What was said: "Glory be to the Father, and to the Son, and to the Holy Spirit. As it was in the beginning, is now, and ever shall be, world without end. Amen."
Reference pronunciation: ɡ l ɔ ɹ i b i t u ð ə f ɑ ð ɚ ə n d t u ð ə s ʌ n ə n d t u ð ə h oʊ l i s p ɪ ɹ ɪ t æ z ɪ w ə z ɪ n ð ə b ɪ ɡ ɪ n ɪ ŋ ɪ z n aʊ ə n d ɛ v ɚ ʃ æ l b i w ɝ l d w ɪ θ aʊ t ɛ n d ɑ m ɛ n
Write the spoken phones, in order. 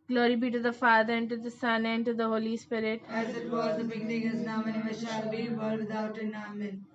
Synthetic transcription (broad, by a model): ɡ l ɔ ɹ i b i t u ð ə f ɑ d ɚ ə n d t u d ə s ʌ n ə n d t u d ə h oʊ l i s p ɪ ɹ ɪ t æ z ɪ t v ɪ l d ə b ɪ ɡ ɪ n ɪ ŋ ɪ z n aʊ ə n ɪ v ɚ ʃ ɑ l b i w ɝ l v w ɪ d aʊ t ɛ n ɑ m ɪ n